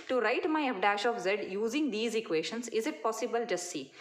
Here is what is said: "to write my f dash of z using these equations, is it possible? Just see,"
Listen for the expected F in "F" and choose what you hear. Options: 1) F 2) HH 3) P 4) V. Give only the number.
3